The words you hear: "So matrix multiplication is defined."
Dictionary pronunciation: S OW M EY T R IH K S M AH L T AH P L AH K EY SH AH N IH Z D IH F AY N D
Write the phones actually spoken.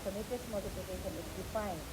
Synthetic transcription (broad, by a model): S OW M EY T IH S M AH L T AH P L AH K EY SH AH N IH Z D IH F AY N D